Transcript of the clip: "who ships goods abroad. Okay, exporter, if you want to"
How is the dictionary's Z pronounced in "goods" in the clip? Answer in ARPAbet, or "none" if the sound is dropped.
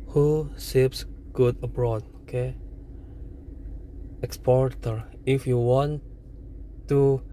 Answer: none